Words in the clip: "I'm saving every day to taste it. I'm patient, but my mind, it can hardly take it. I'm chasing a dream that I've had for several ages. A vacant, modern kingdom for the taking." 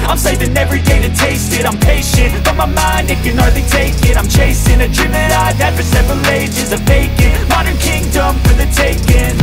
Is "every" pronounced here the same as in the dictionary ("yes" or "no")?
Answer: yes